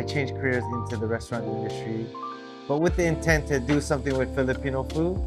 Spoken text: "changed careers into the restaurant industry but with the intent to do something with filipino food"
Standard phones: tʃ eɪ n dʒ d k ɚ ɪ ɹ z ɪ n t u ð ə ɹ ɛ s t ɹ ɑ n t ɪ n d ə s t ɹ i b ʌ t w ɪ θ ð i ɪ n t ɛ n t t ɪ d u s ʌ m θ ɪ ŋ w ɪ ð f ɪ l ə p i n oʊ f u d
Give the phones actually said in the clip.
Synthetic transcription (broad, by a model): tʃ eɪ n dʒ k ɚ ɪ ɹ z ɪ n t u ð ə ɹ ɛ s t ɹ ɑ n t ɪ n d ə s t ɹ i b ʌ t w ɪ ð i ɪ n t ɛ n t t ɪ d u s ʌ m θ ɪ ŋ w ɪ ð f ɪ l ə p i n oʊ f u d